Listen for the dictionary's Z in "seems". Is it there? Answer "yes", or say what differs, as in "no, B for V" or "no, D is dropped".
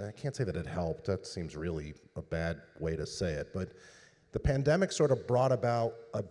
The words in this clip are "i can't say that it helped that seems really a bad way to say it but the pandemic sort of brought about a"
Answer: yes